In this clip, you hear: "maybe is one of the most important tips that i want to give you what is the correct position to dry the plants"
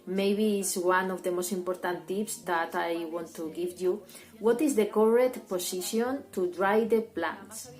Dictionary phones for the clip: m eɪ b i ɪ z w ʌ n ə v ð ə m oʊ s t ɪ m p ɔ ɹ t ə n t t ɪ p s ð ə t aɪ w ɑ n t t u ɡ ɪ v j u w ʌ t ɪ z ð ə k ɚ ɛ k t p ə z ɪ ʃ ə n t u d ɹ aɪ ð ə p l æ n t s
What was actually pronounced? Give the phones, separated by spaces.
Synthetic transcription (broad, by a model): m eɪ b i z w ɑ n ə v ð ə m oʊ s t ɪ m p ɔ ɹ t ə n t t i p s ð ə t aɪ w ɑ n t t u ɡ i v j u w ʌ t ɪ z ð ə k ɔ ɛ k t p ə s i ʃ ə n t u d ɹ aɪ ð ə p l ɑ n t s